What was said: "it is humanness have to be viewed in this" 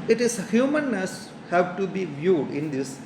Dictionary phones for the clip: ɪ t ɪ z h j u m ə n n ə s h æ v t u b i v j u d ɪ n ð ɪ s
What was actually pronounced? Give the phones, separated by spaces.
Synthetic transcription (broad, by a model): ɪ t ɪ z h j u m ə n n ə s h æ v t u b i v j u d ɪ n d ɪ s